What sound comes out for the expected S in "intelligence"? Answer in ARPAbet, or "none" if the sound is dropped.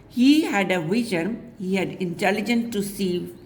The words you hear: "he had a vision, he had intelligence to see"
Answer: none